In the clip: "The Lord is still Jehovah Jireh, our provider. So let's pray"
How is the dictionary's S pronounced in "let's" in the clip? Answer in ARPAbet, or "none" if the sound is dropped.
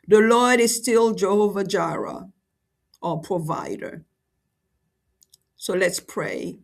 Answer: S